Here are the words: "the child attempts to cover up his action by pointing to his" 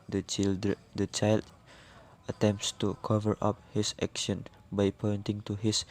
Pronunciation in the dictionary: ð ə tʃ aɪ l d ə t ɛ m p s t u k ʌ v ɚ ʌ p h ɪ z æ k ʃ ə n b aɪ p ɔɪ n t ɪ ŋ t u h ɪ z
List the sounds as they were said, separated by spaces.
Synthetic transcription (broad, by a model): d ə tʃ aɪ l d ə t ɛ m p s t u k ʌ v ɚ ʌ p h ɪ s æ k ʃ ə n b aɪ p ɔɪ n t ɪ ŋ t u h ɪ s